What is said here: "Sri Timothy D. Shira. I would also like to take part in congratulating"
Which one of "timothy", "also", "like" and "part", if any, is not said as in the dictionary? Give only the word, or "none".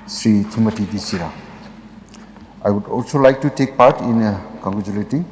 timothy